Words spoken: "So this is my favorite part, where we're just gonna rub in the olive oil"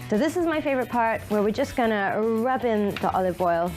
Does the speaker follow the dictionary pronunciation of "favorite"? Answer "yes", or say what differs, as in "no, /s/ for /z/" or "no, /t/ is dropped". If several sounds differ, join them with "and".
yes